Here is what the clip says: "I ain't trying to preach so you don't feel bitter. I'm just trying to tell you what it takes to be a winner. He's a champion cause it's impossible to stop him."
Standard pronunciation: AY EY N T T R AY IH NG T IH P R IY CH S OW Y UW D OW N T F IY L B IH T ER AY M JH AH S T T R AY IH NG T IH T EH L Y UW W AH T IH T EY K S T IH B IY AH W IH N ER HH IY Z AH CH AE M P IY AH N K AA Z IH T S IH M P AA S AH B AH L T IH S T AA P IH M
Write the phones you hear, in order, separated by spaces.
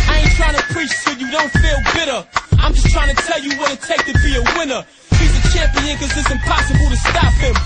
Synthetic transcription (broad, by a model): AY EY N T T R AY IH NG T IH P R IY CH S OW Y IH D OW N T F IY L B IH T ER AY M JH AH S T T R AY IH NG T IH T EH L Y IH W AH T IH T EY K T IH B IY AH W IH N ER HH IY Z AH CH AE M P IY AH N K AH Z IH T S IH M P AA S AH B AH L T IH S T AA P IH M